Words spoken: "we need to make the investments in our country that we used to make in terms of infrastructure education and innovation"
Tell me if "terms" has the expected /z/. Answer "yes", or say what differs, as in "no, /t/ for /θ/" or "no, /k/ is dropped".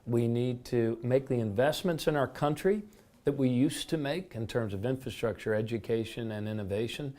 yes